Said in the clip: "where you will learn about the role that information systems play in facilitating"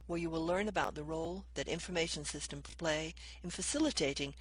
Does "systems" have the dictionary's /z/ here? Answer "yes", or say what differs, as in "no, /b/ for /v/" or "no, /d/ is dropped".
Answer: no, /z/ is dropped